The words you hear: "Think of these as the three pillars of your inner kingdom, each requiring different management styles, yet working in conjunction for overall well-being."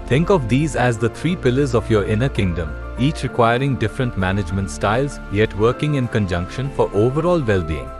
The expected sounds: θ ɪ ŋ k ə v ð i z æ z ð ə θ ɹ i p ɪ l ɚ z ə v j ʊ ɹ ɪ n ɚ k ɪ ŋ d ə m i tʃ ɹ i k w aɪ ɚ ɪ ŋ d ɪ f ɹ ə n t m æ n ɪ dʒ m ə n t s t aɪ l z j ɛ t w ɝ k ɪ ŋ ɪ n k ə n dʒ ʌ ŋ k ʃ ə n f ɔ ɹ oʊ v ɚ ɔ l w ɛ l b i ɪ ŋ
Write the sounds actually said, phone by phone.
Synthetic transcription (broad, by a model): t ɪ ŋ k ə v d i z æ z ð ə t ɹ i p ɪ l ɚ z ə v j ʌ ɹ ɪ n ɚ k ɪ ŋ d ə m i tʃ ɹ i k w aɪ ɚ ɪ ŋ d ɪ f ɹ ə n t m æ n ɪ dʒ m ə n t s t aɪ l z j ɛ t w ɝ k ɪ ŋ ɪ n k ə n dʒ ʌ ŋ k ʃ ə n f ɔ ɹ oʊ v ɚ ɔ l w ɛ l b i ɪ ŋ